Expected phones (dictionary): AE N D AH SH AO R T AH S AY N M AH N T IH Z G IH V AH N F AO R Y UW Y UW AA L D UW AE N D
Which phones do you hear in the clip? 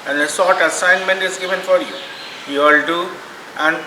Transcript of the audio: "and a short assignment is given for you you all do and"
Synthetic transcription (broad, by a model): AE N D AH S AO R T AH S AY N M AH N T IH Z G IH V AH N F AO R Y UW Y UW AA L D UW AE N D